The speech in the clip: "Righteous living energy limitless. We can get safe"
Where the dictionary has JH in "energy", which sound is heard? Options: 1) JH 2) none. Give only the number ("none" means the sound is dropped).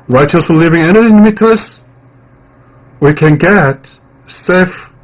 2